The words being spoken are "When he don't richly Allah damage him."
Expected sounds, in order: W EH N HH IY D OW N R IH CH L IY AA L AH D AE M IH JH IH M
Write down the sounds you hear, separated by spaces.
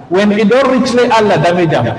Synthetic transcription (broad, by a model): W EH N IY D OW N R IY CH L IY AA L AH D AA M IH JH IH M